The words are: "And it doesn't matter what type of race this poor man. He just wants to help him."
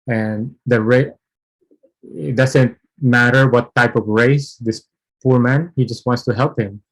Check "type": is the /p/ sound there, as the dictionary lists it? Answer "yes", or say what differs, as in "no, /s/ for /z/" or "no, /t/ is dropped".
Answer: yes